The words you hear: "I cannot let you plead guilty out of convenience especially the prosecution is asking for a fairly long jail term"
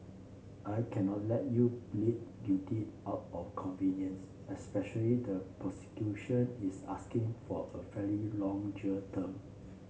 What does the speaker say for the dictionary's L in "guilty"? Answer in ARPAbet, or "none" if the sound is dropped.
none